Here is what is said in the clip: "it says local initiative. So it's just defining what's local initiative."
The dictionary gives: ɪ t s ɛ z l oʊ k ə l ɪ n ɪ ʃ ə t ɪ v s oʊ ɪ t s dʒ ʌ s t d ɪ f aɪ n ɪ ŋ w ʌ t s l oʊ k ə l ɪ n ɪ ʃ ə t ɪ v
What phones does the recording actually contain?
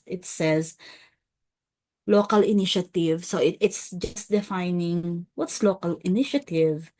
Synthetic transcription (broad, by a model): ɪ t s ɛ z l oʊ k ə l ɪ n ɪ ʃ ə t ɪ v s oʊ ɪ t s dʒ ʌ s t d ɪ f aɪ n ɪ ŋ w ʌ t s l oʊ k ə l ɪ n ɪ ʃ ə t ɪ v